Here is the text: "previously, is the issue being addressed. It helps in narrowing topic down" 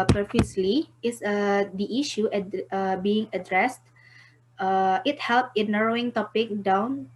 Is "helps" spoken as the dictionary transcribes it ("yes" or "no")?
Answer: no